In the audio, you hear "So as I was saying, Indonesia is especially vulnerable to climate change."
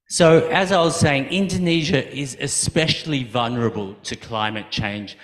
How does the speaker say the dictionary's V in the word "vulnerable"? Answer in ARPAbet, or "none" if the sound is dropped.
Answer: V